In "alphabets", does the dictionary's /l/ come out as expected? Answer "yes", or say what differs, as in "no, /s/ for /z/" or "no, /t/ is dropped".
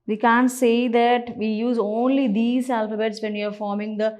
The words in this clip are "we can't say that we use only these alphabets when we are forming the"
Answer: yes